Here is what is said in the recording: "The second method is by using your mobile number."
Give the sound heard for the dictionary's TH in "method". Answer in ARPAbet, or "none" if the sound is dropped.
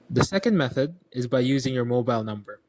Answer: TH